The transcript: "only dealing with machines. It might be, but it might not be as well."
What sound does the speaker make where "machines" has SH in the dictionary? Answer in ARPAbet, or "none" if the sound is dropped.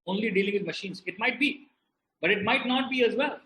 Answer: SH